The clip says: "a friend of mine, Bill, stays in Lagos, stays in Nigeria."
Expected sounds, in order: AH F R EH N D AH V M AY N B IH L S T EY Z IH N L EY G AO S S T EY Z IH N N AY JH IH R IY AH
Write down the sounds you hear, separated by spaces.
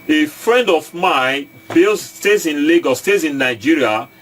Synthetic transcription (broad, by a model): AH F R EH N D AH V M AY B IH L S T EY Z IH N L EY G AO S S T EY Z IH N N AY JH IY R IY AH